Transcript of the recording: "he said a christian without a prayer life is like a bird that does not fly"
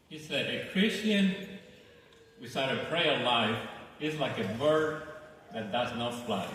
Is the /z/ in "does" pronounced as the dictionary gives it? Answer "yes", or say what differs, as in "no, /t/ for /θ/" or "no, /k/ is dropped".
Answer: yes